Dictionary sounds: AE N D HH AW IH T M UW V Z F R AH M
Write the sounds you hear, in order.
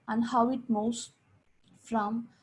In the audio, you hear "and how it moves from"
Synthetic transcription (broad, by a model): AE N D HH AW IH T M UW Z F R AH M